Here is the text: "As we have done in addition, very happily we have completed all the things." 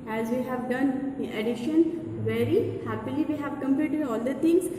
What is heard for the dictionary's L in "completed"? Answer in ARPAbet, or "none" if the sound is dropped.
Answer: none